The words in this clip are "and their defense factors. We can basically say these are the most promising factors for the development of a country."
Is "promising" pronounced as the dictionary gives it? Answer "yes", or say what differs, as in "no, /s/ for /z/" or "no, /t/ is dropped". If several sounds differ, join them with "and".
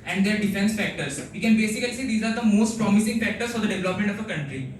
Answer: yes